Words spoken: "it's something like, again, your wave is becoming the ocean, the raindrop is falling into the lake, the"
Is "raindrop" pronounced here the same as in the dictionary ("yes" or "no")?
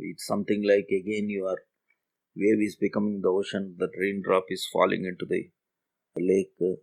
yes